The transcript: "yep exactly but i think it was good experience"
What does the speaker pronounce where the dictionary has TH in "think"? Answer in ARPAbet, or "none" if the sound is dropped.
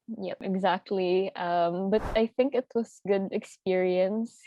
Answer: TH